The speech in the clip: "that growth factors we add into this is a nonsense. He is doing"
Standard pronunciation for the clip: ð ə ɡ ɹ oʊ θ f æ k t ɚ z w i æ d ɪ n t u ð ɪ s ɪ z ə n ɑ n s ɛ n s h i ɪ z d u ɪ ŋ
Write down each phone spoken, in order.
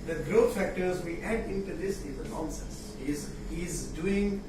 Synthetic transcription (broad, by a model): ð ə ɡ ɹ oʊ t f æ k t ɚ z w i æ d ɪ n t u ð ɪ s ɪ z ə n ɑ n s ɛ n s h i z d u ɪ ŋ